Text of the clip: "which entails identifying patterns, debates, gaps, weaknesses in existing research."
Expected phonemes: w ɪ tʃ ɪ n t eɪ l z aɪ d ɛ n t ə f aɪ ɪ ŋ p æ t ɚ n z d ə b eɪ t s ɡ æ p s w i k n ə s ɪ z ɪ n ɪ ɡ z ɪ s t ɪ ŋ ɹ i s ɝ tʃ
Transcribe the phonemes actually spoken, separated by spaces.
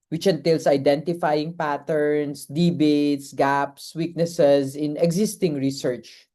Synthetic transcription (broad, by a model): w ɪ tʃ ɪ n t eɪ l s aɪ d ɛ n t ə f aɪ ɪ ŋ p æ t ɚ n s d ə b eɪ t s ɡ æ p s w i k n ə s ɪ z ɪ n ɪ ɡ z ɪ s t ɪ ŋ ɹ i s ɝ tʃ